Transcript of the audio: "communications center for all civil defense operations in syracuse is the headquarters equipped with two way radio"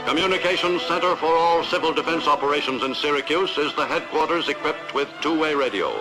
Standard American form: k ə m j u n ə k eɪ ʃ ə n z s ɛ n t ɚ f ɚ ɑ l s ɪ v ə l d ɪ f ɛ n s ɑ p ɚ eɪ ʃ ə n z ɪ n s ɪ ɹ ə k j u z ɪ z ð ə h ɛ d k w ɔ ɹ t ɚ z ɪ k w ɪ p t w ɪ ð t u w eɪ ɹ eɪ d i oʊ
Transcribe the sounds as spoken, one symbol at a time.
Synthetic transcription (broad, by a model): k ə m j u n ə k eɪ ʃ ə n s ɛ n t ɚ f ɚ ɑ l s ɪ v ə l d ɪ f ɛ n s ɑ p ɚ eɪ ʃ ə n z ɪ n s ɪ ɹ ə k j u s ɪ z ð ə h ɛ d k w ɔ ɹ t ɚ z ɪ k w ɪ p t w ɪ ð t u w eɪ ɹ eɪ d i oʊ